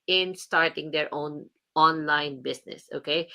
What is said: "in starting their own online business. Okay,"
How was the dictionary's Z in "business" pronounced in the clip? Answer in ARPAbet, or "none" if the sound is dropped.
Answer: S